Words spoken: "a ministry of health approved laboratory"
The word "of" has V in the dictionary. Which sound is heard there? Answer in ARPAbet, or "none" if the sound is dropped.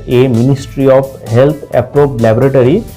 P